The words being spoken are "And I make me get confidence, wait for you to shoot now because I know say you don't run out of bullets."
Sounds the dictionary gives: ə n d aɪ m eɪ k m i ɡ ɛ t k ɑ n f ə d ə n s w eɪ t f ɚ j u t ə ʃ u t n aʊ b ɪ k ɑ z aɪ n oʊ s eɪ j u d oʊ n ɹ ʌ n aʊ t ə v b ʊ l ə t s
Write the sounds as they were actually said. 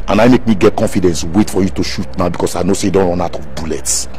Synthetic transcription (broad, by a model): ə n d aɪ m eɪ k m i ɡ ɛ t k ɑ n f ə d ə n s w eɪ t f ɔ j u t ə ʃ u t n aʊ b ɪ k ɑ s aɪ n oʊ s eɪ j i d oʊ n w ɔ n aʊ t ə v b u l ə t s